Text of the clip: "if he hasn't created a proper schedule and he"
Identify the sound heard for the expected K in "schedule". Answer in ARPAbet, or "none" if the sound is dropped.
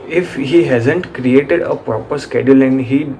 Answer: K